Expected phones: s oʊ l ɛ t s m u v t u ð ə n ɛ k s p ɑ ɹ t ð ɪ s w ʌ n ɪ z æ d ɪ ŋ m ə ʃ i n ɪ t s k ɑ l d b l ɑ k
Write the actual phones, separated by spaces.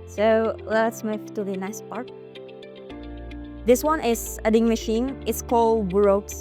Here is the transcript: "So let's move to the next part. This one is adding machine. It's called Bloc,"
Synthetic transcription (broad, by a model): s oʊ l ɛ t s m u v t u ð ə n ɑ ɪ s p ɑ ɹ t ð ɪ s w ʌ n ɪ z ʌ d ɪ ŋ m ə ʃ i n ɪ t s k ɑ l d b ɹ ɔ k